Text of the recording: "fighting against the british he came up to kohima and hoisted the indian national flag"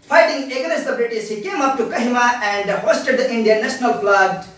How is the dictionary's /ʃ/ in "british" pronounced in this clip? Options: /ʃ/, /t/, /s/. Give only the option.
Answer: /s/